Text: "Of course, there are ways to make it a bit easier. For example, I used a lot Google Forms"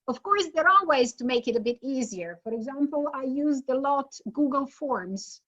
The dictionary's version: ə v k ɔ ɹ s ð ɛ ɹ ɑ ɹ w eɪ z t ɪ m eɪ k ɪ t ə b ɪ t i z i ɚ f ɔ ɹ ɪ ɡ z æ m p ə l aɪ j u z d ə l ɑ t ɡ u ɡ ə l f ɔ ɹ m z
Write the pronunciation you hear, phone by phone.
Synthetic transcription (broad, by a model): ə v k ɔ ɹ s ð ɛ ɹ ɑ l w eɪ z t ɪ m eɪ k ɪ t ə b ɪ t i z i ɚ f ɔ ɹ ɪ ɡ z æ m p ə l aɪ j u z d ə l ɑ t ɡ u ɡ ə l f ɔ ɹ m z